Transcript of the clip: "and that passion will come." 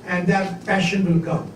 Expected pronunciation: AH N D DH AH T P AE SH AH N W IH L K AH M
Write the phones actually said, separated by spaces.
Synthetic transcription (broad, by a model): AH N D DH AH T F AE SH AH N W IH L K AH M